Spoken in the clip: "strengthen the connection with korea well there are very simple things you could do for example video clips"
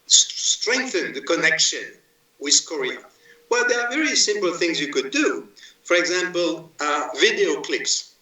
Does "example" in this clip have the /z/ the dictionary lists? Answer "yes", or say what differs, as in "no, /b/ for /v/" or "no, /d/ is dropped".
yes